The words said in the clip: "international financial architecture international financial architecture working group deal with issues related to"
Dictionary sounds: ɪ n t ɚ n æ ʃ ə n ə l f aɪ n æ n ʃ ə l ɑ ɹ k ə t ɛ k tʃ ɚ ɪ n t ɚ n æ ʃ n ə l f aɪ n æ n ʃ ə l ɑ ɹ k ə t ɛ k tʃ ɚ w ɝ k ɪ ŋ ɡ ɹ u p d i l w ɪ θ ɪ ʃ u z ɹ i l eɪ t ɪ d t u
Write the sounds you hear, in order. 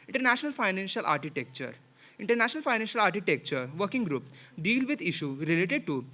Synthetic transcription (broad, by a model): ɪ n t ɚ n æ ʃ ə n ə l f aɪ n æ n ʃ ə l ɑ ɹ k ə t ɛ k tʃ ɚ ɪ n t ɚ n æ ʃ n ə l f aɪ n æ n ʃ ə l ɑ ɹ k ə t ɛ k tʃ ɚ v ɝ k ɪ ŋ ɡ ɹ u p d i l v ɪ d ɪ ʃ u ɹ i l eɪ t ɪ d t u